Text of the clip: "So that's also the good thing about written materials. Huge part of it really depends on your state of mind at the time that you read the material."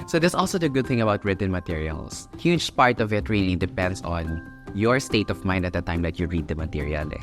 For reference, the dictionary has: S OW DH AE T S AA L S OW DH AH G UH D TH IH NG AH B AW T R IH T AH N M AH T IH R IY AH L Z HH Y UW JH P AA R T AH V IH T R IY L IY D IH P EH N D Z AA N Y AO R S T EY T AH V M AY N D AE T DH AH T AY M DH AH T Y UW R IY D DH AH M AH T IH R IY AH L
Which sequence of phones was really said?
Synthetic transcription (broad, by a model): S OW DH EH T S AA L S OW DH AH G UH D TH IH NG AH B AW T R IH T AH N M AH T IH R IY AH L S HH Y UW JH P AA R T AH V IH T R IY N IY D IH P EH N D S AA N Y AO R S T EY T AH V M AY N D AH T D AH T AY M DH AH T Y UW R IY D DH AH M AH T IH R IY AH L